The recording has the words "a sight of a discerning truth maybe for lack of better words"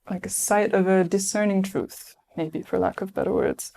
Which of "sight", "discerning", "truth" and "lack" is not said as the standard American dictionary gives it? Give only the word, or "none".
none